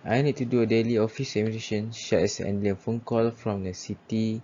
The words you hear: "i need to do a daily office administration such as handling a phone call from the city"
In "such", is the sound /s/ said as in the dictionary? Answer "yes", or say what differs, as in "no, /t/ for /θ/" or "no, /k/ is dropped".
no, /ʃ/ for /s/